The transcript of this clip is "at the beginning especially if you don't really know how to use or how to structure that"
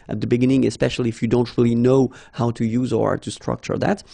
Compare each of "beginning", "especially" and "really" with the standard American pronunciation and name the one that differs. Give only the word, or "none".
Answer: none